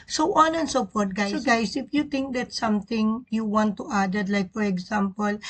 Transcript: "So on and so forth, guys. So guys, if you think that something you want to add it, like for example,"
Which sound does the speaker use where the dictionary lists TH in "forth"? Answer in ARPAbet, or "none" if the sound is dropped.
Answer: T